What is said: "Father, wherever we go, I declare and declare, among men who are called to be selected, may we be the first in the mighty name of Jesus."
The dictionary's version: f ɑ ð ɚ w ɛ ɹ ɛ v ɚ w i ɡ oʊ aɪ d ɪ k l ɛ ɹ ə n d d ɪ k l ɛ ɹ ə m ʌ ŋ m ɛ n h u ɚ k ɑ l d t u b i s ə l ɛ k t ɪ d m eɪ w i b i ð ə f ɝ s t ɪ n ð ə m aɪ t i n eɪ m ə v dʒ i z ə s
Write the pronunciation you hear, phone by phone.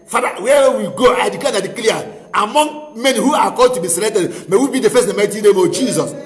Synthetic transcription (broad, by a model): f ɑ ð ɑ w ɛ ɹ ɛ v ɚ w i ɡ oʊ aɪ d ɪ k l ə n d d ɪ k l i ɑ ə m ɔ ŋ m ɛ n h u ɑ k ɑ d t u b i s ə l ɛ k t ɪ d m eɪ w i b i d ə f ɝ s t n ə m aɪ t i n eɪ m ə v dʒ i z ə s